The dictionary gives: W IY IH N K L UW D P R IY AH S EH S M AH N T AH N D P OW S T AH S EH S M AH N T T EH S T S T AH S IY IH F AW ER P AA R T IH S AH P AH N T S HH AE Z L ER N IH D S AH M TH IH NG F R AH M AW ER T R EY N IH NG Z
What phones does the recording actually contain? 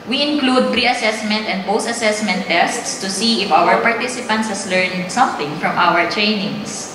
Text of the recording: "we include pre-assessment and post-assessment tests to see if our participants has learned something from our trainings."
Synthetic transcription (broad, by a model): W IY IH N K L UW D P R IY AH S EH S M AH N T AH N D P OW S T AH S EH S M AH N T T EH S T S T AH S IY IH F AW ER P AA R T IH S AH P AH N T S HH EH S L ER N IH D S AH M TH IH NG F R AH M AW ER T R EY N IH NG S